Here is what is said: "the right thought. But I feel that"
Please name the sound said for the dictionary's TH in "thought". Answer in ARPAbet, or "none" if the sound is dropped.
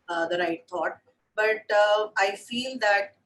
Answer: T